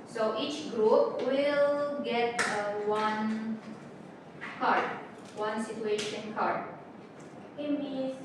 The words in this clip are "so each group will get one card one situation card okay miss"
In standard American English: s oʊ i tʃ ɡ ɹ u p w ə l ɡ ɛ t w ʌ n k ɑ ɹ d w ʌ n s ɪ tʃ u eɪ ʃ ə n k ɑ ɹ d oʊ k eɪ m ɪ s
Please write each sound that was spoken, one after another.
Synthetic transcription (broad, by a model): s oʊ i tʃ ɡ ɹ u p w ə l ɡ ɛ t w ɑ n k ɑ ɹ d w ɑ n s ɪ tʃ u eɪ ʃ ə n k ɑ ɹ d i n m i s